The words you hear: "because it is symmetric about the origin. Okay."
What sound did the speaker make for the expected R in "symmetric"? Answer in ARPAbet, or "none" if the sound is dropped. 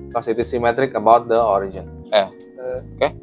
R